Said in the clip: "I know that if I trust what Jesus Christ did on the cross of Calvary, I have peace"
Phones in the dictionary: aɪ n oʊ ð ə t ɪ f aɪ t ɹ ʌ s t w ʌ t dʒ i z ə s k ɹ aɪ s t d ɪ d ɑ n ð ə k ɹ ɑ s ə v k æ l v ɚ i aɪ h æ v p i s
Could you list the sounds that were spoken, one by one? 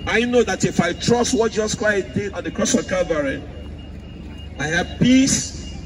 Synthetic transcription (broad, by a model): aɪ n oʊ ð ə t ɪ f aɪ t ɹ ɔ s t w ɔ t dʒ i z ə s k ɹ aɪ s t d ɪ ɑ n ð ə k ɹ ɑ s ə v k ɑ v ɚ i aɪ h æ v p i s